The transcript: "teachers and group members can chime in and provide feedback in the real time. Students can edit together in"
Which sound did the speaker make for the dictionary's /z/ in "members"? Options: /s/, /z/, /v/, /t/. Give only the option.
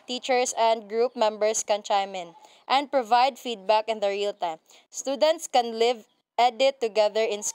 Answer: /s/